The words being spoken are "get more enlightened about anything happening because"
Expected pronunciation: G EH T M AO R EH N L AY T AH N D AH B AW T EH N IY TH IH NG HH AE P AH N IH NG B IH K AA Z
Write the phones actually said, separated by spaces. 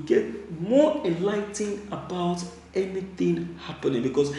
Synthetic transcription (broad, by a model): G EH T M AO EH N L AY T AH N AH B AW T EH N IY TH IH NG HH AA P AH N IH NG B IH K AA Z